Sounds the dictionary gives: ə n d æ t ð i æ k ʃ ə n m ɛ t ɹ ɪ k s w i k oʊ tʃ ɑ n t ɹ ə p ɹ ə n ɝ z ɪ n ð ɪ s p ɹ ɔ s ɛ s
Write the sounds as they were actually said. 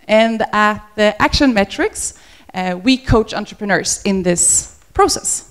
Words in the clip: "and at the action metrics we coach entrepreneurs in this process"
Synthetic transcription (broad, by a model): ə n d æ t ð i æ k ʃ ə n m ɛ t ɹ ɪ k s w i k oʊ tʃ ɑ n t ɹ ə p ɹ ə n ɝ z ɪ n ð ɪ s p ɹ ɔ s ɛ s